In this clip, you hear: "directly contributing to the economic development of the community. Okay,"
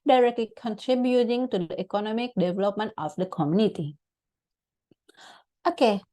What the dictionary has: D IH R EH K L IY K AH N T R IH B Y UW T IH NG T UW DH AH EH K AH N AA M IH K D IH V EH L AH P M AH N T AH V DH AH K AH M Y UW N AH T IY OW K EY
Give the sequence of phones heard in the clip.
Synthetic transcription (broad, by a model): D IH R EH K L IY K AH N T R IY B Y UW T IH NG T UW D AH EH K AH N AA M IH K D IH V EH L AH P M AH N T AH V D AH K AH M Y UW N AH T IY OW K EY